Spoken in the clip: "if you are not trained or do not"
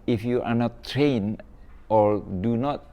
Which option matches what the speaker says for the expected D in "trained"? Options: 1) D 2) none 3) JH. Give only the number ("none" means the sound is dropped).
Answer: 2